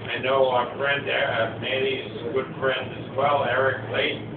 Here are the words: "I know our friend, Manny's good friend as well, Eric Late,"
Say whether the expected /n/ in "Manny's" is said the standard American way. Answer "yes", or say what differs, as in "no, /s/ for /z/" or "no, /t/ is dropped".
no, /l/ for /n/